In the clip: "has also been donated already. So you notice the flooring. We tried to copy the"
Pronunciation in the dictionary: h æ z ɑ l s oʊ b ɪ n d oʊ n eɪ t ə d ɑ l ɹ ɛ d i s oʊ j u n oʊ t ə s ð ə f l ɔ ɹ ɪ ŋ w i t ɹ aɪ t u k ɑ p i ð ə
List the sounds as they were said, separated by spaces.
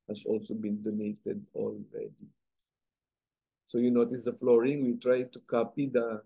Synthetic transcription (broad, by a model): h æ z ɑ l s oʊ b ɪ n d oʊ n eɪ t ə d ɑ l ɹ ɛ d i s oʊ j u n oʊ t ə s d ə f l ɔ ɹ ɪ ŋ w i t ɹ aɪ t u k ɑ p i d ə